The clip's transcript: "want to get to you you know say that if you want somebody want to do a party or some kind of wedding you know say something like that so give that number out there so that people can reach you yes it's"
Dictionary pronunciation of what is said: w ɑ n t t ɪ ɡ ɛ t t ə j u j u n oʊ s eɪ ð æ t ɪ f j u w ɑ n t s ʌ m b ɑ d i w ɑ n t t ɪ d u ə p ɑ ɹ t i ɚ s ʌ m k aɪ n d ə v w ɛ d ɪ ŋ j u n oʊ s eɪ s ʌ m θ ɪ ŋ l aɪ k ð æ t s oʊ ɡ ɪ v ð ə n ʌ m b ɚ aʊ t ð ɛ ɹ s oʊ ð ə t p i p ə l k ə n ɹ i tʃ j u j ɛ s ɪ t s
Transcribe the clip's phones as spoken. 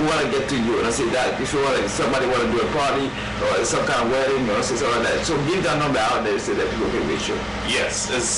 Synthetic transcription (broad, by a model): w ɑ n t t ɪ ɡ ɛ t t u j u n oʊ s eɪ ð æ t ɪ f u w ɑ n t s ʌ m b ɑ d i w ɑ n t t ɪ d u ə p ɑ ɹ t i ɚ s ʌ m k aɪ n ə v w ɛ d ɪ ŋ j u n oʊ s eɪ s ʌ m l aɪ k ð æ t s oʊ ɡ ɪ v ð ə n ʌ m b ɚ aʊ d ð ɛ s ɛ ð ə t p i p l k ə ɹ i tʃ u j ɛ s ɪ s